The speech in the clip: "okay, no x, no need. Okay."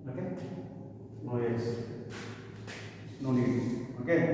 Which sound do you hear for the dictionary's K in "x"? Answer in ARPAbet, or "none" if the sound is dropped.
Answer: none